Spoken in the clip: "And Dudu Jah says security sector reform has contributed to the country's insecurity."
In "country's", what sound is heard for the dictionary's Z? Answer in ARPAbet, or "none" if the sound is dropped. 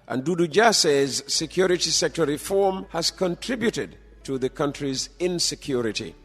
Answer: Z